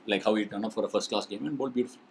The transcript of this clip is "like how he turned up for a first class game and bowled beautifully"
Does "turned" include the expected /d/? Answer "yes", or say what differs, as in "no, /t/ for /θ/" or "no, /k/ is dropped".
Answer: no, /d/ is dropped